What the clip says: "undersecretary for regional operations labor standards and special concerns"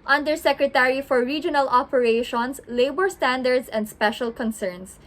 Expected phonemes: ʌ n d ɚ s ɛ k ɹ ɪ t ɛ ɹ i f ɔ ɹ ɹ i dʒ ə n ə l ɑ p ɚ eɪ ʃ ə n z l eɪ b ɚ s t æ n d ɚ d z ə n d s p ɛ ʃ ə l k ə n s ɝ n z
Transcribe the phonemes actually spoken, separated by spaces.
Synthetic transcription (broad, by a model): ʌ n d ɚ s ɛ k ɹ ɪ t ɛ ɹ i f ɔ ɹ ɹ i dʒ ə n ə l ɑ p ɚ eɪ ʃ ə n s l eɪ b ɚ s t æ n d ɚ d s ə n d s p ɛ ʃ ə l k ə n s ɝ n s